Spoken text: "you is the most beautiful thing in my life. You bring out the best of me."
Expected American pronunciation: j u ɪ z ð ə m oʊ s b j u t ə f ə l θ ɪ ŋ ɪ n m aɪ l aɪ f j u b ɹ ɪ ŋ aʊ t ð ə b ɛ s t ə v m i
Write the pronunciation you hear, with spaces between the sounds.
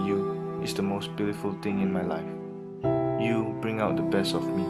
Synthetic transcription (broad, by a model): j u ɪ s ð ə m oʊ s b j u t ə f ə l t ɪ ŋ ɪ n m aɪ l aɪ f j u b ɹ ɪ ŋ aʊ t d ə b ɛ s t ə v m i